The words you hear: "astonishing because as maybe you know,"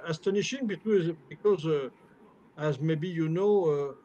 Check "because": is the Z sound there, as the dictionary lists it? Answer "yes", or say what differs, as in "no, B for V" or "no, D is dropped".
yes